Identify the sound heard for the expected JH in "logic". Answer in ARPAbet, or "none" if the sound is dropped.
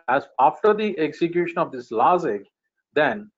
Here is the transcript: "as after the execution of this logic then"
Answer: Z